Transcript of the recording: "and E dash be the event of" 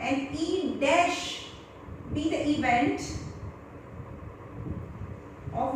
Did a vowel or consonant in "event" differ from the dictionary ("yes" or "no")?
no